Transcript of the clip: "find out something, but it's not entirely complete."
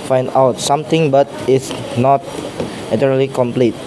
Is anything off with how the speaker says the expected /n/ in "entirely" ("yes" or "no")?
yes